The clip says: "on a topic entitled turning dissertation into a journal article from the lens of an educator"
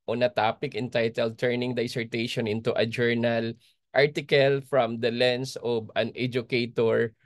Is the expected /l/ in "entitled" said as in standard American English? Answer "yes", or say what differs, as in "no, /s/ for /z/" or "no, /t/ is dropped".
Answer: yes